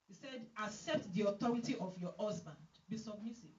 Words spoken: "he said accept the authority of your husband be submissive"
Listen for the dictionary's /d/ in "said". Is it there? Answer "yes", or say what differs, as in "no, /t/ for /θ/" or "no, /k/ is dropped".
yes